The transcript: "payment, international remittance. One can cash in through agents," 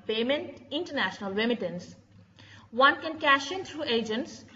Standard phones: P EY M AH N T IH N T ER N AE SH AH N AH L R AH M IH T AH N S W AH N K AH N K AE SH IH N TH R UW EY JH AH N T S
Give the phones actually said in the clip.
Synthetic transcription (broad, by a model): P EY M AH N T IH N T ER N AE SH AH N AH L R AH M IH T AH N S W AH N K AH N K AE SH IH N T R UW EY JH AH N T S